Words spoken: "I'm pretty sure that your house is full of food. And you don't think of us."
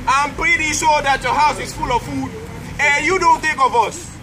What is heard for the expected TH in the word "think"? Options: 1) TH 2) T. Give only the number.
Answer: 2